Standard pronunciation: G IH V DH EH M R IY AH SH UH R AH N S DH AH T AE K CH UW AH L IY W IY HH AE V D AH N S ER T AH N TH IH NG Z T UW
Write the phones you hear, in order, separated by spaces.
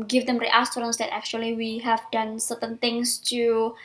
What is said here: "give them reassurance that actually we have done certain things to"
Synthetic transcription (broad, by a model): G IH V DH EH M R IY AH S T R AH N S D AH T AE K CH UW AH L IY W IY HH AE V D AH N S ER T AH N T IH NG S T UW